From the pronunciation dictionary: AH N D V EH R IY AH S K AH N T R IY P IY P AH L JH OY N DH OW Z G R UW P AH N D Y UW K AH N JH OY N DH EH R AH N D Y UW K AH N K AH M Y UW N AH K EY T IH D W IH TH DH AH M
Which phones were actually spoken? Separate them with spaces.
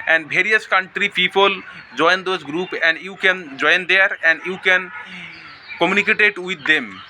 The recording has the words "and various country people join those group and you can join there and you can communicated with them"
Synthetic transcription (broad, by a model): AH N D B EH R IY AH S K AH N T R IY P IY P AH L JH OY N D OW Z G R UW P AH N D Y UW K AH N JH OY N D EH R AH N D Y UW K AH N K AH M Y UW N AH K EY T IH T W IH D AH M